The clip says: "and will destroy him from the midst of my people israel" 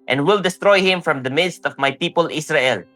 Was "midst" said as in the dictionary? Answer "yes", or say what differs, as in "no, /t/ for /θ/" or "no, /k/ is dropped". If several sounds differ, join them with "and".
yes